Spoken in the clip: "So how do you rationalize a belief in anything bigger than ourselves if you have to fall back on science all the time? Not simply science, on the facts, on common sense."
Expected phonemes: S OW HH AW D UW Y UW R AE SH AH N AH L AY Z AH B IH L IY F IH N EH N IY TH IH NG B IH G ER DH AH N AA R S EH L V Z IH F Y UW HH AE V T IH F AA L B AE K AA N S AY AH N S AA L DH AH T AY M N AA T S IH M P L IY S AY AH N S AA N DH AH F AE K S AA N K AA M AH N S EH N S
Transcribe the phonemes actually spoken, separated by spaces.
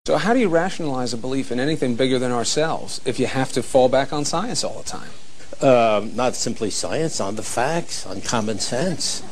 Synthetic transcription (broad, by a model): S OW HH AW D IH Y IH R AE SH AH N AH L AY Z AH B IH L IY F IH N EH N IY TH IH NG B IH G ER DH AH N AA R S EH L V Z IH F Y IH HH AE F T IH F AA L B AE K N S AY AH N S AA L DH AH T AY M N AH T S IH M P L IY S AY AH N S N DH AH F AE K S N K AA M AH N S EH N S